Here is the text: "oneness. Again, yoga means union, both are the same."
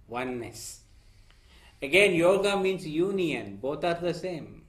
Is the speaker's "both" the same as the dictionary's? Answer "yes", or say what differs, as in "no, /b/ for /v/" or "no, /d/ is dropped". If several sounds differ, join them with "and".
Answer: no, /t/ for /θ/